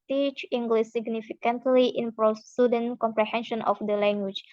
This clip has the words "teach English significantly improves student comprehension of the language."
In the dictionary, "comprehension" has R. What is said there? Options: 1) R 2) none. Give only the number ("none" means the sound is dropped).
1